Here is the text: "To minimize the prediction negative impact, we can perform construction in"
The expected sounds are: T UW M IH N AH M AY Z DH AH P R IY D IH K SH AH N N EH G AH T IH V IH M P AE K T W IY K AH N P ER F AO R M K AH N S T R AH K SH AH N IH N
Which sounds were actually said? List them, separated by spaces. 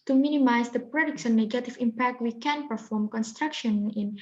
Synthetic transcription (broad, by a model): T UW M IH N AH M AY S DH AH P R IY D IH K S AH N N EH G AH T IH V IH M P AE K T W IY K AH N P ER F AO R M K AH N S T R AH K SH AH N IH N